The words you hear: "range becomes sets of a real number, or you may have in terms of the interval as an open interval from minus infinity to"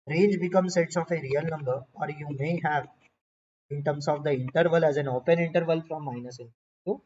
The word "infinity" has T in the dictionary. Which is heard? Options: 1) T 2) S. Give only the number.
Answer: 2